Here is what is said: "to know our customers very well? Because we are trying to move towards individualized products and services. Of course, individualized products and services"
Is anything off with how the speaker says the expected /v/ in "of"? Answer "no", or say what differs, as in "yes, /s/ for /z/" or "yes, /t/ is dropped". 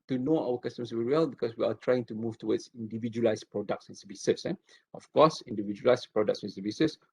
yes, /f/ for /v/